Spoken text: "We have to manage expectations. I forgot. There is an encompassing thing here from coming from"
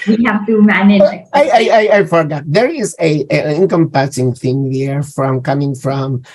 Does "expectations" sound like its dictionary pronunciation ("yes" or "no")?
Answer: no